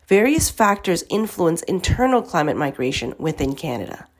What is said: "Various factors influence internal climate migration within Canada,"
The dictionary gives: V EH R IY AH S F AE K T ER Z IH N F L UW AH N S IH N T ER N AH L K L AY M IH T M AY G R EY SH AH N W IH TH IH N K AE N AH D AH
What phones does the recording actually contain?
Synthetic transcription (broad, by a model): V EH R IY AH S F AE K T ER Z IH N F L UW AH N S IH N T ER N L K L AY M IH T M AY G R EY SH AH N W IH TH IH N K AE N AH D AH